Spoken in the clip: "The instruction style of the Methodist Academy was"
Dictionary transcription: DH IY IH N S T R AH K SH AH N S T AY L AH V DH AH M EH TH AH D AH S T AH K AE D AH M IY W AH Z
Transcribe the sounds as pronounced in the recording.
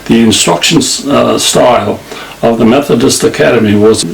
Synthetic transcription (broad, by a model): DH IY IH N S T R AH K SH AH N S T AY L AH V DH AH M EH TH AH D AH S T AH K AE D AH M IY W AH Z